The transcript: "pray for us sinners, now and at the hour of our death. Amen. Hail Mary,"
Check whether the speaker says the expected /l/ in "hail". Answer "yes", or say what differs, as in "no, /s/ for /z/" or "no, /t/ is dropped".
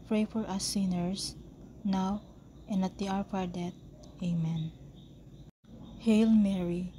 yes